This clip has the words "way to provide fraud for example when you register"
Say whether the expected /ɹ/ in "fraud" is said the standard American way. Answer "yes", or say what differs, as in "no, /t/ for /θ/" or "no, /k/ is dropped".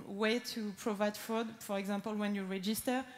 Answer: no, /ɹ/ is dropped